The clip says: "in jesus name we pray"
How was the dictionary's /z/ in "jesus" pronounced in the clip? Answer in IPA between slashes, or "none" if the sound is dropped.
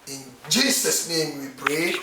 /s/